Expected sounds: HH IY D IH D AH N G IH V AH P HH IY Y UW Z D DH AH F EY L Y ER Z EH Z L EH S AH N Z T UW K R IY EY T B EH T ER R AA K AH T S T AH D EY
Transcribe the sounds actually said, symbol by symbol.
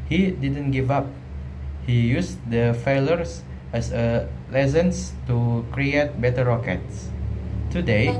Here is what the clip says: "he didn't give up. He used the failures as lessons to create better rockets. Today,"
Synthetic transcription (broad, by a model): HH IY D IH D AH N G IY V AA P HH IY Y UW S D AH F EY L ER S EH S L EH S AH N S T UW K R IY EY T B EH T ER R AA K AH T S T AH D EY